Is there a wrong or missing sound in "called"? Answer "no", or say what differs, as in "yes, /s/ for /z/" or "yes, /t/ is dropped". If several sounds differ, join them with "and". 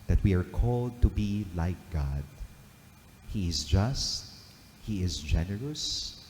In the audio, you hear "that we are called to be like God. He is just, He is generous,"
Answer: no